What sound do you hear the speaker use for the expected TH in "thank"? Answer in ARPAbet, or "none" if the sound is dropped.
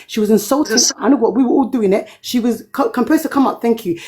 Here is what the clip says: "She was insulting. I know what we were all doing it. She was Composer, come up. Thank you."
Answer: TH